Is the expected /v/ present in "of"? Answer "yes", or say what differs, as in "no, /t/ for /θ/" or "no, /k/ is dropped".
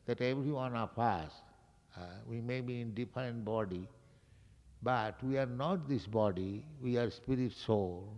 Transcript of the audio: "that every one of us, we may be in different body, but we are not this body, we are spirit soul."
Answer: no, /p/ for /v/